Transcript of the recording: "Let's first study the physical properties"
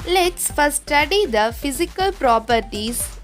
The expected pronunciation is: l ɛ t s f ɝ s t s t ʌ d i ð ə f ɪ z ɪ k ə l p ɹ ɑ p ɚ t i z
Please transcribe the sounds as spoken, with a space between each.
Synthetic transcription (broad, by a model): l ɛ t s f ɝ t s t ʌ d i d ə f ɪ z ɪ k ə l p ɹ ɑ p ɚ t i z